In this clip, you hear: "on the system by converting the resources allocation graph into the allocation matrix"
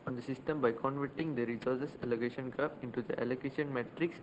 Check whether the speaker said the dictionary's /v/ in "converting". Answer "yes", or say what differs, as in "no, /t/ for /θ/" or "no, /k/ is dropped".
yes